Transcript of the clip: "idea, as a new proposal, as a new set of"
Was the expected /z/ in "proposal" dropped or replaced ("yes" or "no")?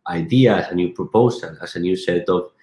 yes